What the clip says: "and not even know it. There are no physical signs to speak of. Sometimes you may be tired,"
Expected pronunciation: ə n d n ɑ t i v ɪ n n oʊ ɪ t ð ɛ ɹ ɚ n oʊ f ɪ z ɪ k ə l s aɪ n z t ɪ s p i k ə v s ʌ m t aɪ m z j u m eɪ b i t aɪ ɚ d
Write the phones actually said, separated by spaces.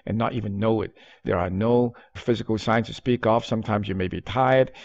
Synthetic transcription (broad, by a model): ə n n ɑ t i v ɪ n n oʊ ɪ t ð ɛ ɹ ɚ n oʊ f ɪ z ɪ k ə l s aɪ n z t ɪ s p i k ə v s ʌ m t aɪ m z j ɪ m eɪ b i t aɪ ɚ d